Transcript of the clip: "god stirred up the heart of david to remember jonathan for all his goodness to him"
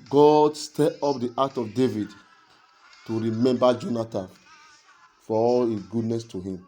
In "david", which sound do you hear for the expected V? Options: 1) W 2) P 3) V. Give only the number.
3